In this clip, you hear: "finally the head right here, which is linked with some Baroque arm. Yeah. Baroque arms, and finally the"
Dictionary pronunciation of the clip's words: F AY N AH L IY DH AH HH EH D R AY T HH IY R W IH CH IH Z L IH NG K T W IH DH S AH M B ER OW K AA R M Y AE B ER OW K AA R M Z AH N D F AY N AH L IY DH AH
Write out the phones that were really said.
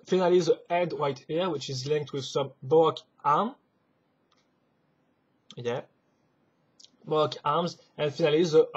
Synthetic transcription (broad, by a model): F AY N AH L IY DH AH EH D W AY T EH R W IH CH IH Z L IH NG K T W IH DH S AH M B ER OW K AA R M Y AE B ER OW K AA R M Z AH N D F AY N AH L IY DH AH